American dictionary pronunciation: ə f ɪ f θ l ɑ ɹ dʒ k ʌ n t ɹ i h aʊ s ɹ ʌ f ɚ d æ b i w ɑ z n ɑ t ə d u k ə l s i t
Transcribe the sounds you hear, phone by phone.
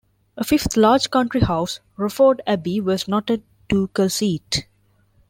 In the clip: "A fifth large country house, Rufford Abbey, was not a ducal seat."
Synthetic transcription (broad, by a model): ə f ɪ f t l ɑ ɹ dʒ k ʌ n t ɹ i h aʊ s ɹ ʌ f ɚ d æ b i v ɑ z n ɑ t ə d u k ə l s i t